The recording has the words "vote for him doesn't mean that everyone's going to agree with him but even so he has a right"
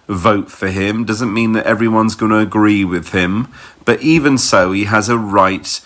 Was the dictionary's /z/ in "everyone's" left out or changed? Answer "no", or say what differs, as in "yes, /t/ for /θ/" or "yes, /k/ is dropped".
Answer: no